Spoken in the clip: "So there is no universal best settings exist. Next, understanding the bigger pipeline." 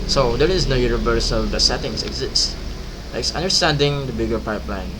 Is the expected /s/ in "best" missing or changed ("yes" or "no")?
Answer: yes